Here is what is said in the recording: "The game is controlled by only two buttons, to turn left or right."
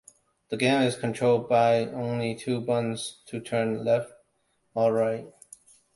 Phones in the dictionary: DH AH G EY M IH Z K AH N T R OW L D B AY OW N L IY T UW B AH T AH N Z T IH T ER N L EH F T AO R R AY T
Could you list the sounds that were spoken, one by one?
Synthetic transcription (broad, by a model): DH AH G EY M IH Z K AH N T R OW L D B AY OW N L IY T UW B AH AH N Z T IH T ER N L EH F T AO L R AY T